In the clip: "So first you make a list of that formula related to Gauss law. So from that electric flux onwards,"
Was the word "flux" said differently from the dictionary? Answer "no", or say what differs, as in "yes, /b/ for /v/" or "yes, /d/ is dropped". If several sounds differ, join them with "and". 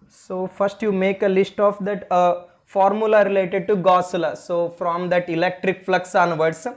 no